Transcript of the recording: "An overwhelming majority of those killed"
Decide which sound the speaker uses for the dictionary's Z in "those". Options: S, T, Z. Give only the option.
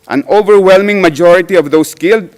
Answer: S